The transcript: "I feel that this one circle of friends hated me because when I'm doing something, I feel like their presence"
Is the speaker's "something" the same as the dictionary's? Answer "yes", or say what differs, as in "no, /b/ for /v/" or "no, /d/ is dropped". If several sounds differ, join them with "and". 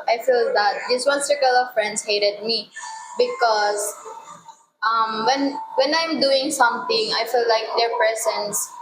no, /t/ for /θ/